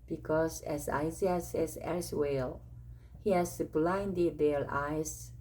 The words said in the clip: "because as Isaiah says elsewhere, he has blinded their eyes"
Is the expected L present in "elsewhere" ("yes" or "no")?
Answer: no